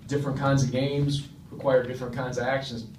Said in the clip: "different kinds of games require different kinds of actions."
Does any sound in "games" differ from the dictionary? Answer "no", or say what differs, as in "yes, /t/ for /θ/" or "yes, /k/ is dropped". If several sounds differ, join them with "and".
no